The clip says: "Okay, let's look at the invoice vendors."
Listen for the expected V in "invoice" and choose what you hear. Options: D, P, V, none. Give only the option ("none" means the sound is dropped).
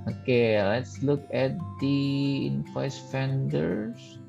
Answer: P